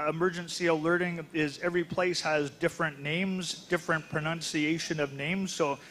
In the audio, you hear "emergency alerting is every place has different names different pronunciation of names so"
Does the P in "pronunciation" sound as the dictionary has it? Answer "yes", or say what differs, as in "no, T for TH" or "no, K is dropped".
yes